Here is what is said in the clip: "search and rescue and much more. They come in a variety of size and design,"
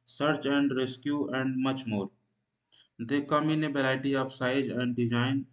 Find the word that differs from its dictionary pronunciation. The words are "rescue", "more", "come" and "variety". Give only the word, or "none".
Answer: variety